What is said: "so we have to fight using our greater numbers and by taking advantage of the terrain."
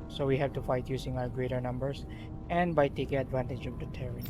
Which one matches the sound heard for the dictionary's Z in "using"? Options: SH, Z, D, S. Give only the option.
S